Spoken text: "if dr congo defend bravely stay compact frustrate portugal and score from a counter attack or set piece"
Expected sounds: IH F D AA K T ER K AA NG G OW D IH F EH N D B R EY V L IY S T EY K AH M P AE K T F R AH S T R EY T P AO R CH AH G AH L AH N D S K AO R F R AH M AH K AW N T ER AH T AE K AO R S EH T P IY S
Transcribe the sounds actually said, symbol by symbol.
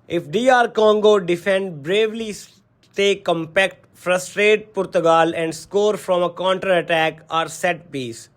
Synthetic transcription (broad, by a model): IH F D AA T K AA NG G OW D IH F EH N D B R EY V L IY S T EY K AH M P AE K T F R AH S T R EY T P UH R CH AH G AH L AH N D S K AO R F R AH M AH K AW N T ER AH T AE K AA R S EH T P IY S